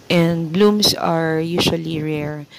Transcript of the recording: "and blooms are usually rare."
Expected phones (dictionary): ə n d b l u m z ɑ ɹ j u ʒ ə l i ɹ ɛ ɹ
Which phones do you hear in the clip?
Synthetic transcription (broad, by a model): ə n d b l u m s ɑ ɹ j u ʃ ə l i ɹ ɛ ɹ